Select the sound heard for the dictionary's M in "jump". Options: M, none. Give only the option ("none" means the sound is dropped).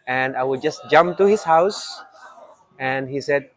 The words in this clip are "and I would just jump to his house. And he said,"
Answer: M